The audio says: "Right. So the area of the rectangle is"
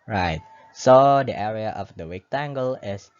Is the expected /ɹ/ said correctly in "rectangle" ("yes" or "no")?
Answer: no